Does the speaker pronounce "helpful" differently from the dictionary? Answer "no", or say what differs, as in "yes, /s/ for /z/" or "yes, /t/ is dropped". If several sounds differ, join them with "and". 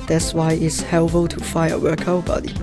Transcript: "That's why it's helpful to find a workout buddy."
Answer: yes, /p/ is dropped